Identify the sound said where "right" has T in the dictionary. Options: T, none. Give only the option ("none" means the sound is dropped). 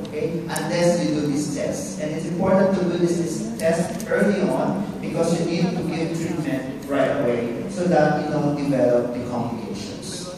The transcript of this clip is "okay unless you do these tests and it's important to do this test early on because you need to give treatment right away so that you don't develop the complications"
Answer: T